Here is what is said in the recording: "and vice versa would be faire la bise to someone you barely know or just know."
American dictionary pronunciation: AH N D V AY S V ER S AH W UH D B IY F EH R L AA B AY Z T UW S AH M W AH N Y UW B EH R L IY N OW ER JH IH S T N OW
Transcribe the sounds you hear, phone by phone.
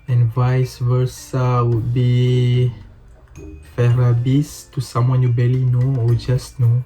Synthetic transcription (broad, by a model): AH N V AY S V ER S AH W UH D B IY F EH R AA B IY S T UW S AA M W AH N Y UW B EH L IY N OW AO JH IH S N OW